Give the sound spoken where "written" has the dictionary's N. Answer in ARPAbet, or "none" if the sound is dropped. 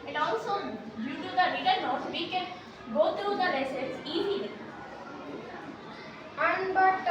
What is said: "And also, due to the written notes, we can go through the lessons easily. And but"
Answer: L